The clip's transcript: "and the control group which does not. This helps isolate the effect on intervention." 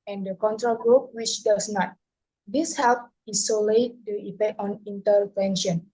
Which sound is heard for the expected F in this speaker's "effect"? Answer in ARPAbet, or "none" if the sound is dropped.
P